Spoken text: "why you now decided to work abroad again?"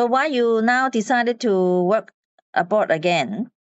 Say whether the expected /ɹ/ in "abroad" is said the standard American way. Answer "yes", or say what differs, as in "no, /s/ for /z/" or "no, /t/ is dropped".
no, /ɹ/ is dropped